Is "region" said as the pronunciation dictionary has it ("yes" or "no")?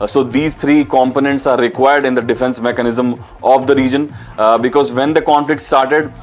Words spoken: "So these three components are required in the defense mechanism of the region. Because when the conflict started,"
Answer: yes